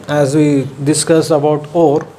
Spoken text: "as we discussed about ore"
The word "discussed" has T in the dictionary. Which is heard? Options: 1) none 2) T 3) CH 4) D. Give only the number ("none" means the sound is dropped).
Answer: 1